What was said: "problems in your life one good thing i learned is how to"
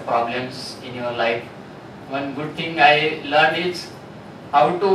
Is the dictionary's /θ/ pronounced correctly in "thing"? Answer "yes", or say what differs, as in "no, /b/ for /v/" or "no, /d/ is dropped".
no, /t/ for /θ/